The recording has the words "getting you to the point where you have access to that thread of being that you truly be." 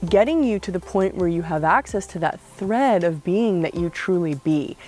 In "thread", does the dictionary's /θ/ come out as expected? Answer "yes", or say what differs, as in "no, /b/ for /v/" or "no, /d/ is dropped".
yes